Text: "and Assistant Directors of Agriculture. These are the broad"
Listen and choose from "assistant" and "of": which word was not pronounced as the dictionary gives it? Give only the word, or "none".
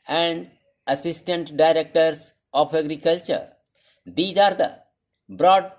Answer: of